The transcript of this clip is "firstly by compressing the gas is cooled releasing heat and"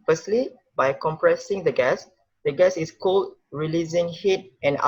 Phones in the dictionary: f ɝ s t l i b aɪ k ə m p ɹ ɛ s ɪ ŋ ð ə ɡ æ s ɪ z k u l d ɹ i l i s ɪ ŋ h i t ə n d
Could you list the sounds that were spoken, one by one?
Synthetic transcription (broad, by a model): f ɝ s t l i b aɪ k ə m p ɹ ɛ s ɪ ŋ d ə ɡ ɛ s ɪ s k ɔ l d ɹ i l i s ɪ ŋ h i t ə n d